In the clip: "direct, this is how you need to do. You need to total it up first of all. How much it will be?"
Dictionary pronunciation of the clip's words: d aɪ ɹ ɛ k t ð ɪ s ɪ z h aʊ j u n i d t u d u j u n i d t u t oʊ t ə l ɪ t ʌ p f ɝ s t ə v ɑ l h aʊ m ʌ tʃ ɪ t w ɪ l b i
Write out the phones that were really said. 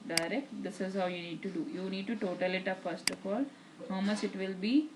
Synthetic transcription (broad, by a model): d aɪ ɹ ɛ k t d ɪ s ɪ z h aʊ j u n i d t u d u j u n i d t u t oʊ t ə l ɪ t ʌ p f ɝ s t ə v ɑ l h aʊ m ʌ s ɪ t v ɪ l b i